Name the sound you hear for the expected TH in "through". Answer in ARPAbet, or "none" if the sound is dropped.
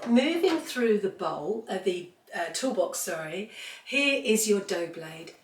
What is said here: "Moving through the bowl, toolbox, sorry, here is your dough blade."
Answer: TH